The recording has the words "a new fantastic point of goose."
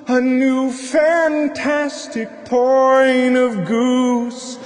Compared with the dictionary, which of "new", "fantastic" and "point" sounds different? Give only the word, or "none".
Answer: point